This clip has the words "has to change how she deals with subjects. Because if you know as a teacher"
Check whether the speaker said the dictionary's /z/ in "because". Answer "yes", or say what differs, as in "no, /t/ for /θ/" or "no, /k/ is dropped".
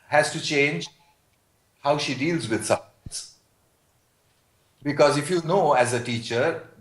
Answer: yes